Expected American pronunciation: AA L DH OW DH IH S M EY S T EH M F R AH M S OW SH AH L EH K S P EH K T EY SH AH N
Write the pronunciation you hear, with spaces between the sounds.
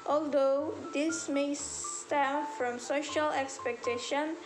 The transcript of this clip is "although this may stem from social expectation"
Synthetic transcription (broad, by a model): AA L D OW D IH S M EY S T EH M F R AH M S OW SH AH L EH K S P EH K T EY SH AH N